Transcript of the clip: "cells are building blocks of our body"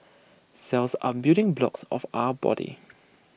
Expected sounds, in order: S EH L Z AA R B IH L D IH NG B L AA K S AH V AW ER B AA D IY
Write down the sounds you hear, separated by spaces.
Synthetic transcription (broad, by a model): S EH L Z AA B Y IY D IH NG B L AA K S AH F AW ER B AA D IY